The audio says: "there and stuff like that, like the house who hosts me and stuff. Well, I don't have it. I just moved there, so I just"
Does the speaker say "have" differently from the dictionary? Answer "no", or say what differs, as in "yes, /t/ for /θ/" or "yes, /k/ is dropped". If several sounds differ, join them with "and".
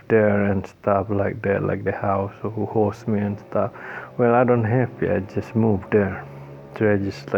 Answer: yes, /p/ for /v/